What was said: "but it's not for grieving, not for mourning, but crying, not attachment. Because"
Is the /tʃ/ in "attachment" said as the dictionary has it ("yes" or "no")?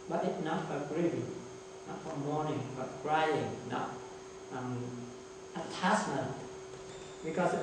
no